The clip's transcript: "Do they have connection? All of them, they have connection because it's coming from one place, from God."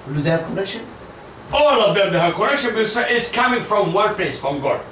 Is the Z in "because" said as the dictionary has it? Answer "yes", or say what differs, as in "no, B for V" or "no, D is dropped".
no, Z is dropped